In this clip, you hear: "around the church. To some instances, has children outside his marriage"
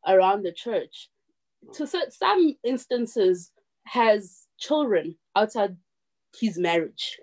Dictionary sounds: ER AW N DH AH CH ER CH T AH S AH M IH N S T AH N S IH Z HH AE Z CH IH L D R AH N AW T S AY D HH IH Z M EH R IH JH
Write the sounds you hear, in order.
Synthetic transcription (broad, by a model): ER AW N DH AH CH ER CH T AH S AH M IH N S T AH N S IH Z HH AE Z CH IH L D R AH N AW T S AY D HH IH Z M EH R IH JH